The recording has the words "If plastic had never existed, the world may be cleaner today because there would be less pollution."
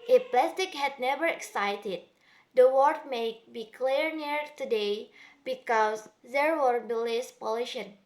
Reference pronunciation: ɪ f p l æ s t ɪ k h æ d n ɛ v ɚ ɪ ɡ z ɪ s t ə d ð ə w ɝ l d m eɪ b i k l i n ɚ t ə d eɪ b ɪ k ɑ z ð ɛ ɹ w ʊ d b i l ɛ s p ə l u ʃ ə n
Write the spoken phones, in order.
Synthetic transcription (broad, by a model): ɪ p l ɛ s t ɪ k h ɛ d n ɛ v ɚ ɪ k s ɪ t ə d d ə w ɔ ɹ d m eɪ b i k l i n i t ə d eɪ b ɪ k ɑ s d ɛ ɹ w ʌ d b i l ɛ s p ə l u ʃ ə n